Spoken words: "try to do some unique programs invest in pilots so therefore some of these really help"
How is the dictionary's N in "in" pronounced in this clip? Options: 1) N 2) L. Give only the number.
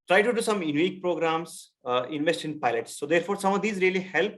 1